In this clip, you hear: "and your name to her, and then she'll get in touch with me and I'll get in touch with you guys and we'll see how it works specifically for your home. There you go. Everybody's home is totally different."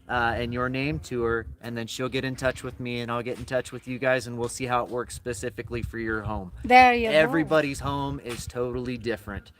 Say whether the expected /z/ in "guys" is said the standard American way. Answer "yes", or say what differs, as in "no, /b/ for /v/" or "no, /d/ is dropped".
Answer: yes